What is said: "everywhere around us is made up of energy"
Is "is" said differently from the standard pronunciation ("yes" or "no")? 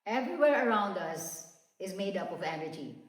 no